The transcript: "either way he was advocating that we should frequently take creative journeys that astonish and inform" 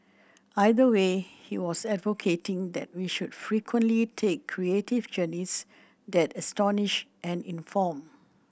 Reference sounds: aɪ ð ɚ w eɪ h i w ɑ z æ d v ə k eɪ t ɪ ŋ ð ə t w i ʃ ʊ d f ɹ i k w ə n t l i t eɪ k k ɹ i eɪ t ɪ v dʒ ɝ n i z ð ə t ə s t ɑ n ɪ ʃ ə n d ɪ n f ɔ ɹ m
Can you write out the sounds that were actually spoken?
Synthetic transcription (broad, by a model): aɪ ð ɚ w eɪ h i w ɑ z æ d v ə k eɪ t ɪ ŋ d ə t w i ʃ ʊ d f ɹ i k w ə n t l i t eɪ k k ɹ i eɪ t ɪ v dʒ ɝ n i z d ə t ə s t ɑ n ɪ ʃ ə n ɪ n f ɔ m